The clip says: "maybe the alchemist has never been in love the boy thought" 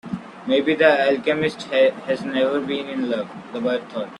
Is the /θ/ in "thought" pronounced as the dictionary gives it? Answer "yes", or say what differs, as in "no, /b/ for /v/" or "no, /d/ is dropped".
no, /t/ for /θ/